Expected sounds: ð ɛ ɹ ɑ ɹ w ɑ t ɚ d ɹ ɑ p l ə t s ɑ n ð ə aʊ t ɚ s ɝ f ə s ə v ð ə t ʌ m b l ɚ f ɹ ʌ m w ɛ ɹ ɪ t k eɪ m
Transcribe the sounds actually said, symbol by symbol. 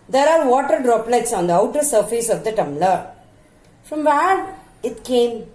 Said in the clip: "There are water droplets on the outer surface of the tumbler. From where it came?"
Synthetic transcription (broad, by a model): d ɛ ɹ ɑ ɹ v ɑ t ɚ d ɹ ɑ p l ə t s ɑ n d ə aʊ t ɚ s ɝ f ə s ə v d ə t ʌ m l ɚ f ɹ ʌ m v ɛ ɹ ɪ t k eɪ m